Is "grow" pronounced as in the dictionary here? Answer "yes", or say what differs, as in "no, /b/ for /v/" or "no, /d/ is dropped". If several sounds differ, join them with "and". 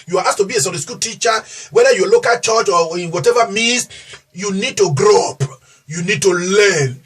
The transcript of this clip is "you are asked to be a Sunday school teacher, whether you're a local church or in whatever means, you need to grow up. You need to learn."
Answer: yes